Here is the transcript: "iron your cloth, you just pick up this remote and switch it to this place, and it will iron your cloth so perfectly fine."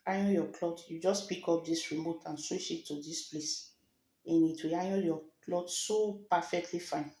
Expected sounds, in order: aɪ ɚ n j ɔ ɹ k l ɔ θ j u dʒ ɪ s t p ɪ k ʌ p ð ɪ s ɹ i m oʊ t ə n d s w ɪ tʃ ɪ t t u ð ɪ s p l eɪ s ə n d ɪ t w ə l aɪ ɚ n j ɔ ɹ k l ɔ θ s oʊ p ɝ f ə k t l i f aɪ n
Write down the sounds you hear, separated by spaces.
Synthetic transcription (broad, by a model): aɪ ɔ j ɔ k l ɔ t j u dʒ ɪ s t p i k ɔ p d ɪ s ɹ i m oʊ t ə n s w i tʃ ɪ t t u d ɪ s p l eɪ s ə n ɪ t w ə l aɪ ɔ j ɔ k l ɔ t s oʊ p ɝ f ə k t l i f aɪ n